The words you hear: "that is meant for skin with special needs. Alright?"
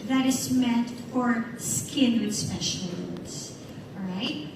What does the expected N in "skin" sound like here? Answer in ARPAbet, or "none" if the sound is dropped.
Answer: N